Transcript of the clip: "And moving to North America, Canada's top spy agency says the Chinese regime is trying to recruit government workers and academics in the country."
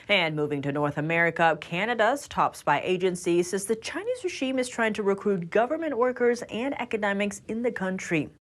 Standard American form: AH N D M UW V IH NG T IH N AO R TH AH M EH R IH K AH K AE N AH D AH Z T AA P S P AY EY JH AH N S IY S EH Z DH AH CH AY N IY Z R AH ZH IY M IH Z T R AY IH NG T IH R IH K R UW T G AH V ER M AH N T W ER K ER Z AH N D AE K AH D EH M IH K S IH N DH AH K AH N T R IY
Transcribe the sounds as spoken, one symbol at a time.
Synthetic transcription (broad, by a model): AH N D M UW V IH NG T IH N AO R TH AH M EH R IH K AH K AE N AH D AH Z T AA P S B AY EY JH AH N S IY S EH Z DH AH CH AY N IY Z R AH ZH IY M IH Z T R AY IH NG T IH R IH K R UW T G AH V ER M AH N T W ER K ER Z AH N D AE K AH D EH M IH K S IH N DH AH K AH N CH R IY